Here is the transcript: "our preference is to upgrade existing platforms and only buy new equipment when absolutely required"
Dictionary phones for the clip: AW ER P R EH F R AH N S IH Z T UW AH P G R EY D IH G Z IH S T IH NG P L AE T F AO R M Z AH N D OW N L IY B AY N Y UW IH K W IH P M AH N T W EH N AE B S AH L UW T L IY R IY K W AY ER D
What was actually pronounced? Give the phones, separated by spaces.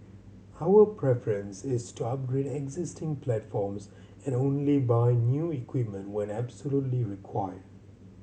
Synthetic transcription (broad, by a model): AW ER P R EH F R AH N S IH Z T UW AH P G R EY D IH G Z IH S T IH NG P L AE T F AO R M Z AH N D OW N L IY B AY N Y UW IH K W IH P M AH N T W EH N AE B S AH L UW T L IY R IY K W AY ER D